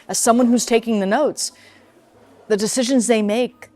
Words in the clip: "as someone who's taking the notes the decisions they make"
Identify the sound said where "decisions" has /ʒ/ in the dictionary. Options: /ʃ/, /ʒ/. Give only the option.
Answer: /ʒ/